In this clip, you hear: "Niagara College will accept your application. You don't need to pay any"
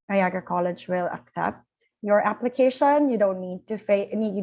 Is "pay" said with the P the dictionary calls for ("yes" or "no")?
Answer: no